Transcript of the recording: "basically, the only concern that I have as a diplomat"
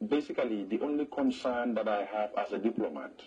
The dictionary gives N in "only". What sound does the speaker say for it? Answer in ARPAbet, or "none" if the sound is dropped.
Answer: N